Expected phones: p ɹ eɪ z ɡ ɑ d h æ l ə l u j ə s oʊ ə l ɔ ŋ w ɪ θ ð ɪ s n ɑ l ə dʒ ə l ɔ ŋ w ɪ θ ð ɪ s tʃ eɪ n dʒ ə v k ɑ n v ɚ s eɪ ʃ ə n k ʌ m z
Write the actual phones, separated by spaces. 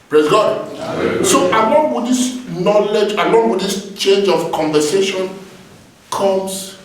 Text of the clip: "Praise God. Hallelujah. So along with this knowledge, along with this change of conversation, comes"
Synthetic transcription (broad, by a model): p ɹ eɪ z ɡ ɑ d s oʊ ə l ɔ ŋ w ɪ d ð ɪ s n ɑ l ə dʒ ə l ɔ ŋ w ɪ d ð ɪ s tʃ eɪ n dʒ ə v k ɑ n v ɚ s eɪ ʃ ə n k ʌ m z